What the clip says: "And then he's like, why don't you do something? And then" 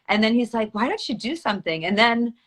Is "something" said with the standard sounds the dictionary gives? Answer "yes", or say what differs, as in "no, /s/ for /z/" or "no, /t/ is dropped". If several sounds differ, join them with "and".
yes